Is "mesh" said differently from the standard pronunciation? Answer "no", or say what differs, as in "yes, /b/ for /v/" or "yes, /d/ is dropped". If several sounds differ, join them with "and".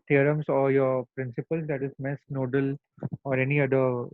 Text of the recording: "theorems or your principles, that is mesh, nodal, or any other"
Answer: yes, /s/ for /ʃ/